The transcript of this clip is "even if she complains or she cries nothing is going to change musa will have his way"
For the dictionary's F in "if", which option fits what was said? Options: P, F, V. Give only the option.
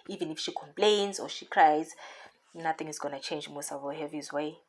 F